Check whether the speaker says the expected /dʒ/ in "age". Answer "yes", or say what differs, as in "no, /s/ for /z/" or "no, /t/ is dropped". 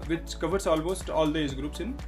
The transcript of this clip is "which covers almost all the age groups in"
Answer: no, /z/ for /dʒ/